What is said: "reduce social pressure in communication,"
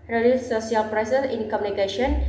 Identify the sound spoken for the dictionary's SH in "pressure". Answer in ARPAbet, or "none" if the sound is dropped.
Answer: S